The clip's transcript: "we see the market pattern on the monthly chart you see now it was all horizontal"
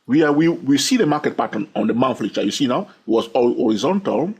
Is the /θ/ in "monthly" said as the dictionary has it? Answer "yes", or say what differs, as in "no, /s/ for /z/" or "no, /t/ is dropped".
no, /f/ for /θ/